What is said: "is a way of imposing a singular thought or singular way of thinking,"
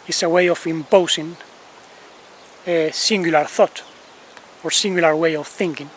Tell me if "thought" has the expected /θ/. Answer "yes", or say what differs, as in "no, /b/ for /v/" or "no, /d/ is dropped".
yes